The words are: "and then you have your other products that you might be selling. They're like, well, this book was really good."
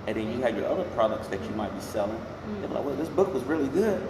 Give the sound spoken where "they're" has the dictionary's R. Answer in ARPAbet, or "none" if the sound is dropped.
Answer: W